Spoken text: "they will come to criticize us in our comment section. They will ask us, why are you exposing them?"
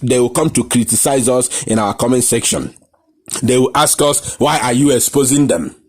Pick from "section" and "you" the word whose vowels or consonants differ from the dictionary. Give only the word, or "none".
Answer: none